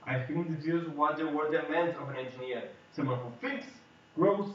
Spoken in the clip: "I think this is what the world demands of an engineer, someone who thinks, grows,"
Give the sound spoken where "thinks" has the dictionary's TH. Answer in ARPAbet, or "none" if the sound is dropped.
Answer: F